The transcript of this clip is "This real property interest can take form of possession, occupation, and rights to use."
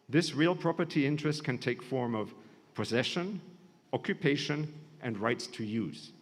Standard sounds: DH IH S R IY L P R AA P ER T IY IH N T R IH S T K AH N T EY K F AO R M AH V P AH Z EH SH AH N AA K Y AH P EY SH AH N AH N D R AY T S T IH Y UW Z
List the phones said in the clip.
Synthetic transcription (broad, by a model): DH IH S R IY L P R AA P ER T IY IH N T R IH S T K AH N T EY K F AO R M AH V P AH Z EH SH AH N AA K Y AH P EY SH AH N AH N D R AY T S T IH Y UW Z